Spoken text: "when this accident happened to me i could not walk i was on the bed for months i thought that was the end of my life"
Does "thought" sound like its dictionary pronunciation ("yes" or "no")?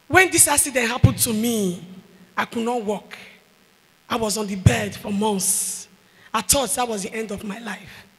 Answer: no